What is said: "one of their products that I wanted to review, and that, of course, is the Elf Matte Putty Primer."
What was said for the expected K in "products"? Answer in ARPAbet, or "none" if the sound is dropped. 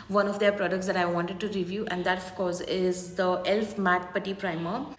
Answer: K